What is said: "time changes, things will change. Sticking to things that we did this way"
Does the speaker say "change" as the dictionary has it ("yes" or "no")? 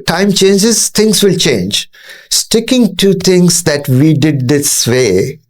yes